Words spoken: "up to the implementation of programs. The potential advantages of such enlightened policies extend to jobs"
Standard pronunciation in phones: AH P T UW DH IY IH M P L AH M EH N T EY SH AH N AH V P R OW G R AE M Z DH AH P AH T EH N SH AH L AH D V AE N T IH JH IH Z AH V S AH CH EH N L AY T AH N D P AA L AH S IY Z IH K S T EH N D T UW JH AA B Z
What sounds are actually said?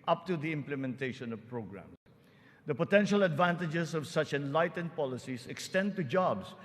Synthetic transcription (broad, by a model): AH P T UW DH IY IH M P L AH M EH N T EY SH AH N AH V P R OW G R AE M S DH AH P AH T EH N SH AH L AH D V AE N T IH JH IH S AH V S AH CH EH N L AY T AH N D P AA L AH S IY S IH K S T EH N D T UW JH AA B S